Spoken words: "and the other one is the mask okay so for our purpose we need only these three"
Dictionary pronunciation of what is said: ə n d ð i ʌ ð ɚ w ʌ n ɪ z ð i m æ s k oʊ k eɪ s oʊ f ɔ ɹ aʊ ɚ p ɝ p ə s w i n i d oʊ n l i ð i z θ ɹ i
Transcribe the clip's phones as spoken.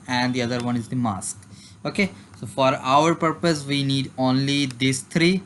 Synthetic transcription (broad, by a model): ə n d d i ʌ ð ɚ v ʌ n ɪ z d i m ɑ s k oʊ k eɪ s oʊ f ɔ ɹ aʊ ɚ p ɝ p ə s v i n i d oʊ n l i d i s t ɹ i